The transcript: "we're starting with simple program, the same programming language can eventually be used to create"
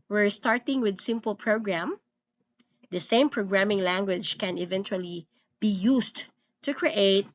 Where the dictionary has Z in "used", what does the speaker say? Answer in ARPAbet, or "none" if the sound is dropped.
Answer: S